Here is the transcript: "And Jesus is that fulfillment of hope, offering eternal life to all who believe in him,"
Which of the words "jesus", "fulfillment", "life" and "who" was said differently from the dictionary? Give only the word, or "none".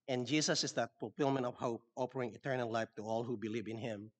jesus